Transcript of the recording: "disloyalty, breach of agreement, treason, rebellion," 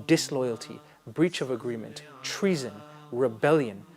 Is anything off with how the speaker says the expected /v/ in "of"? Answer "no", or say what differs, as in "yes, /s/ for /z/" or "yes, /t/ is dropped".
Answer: no